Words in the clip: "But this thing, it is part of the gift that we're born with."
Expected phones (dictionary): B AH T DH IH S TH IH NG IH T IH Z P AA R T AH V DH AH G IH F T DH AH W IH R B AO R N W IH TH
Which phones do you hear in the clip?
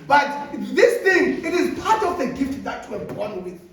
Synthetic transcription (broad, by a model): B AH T DH IH S TH IH NG IH T IH Z P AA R T AH V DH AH G IH F T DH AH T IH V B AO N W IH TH